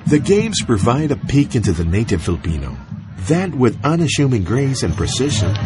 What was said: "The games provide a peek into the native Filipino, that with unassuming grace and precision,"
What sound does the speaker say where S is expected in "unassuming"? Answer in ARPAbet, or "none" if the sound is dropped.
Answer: SH